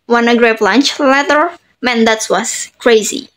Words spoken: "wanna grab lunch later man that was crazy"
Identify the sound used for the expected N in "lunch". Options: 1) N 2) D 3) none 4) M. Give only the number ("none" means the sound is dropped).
1